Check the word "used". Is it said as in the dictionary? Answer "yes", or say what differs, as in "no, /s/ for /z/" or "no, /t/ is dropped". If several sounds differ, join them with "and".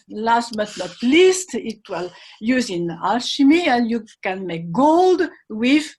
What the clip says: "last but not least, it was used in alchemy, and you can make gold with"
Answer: no, /d/ is dropped